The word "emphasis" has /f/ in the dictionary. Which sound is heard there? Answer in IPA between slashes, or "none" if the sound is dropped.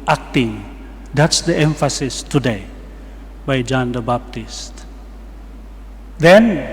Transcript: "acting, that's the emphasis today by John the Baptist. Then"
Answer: /f/